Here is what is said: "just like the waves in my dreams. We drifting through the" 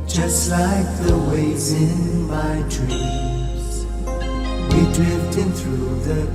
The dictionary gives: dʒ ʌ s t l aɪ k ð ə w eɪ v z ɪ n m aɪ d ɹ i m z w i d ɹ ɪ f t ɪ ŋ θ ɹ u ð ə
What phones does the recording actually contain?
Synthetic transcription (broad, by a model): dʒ ʌ s t l aɪ k ð ə w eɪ z ɪ n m aɪ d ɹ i z w i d ɹ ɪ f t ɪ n θ ɹ u ð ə